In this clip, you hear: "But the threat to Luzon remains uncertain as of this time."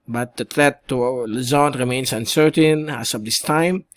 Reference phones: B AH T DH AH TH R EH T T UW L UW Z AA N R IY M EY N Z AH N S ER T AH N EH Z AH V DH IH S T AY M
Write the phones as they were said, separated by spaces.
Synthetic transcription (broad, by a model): B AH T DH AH T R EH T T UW L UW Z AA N R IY M EY N S AH N S ER T AH N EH S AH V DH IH S T AY M